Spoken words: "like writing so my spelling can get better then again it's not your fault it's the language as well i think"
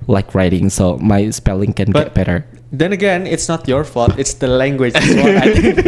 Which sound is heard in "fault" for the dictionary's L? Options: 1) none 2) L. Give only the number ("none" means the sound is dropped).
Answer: 1